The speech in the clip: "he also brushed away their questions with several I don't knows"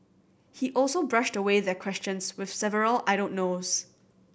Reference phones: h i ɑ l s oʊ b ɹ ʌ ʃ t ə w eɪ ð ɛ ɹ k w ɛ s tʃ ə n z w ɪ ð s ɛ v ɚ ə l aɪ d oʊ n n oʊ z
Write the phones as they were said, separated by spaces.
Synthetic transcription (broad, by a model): h i ɑ l s oʊ b ɹ ʌ ʃ t ə w eɪ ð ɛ k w ɛ s tʃ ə n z w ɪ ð s ɛ v ɚ ə l aɪ d oʊ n n oʊ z